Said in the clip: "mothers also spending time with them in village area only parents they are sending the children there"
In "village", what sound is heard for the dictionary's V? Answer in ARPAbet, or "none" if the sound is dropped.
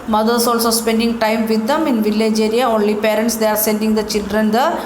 V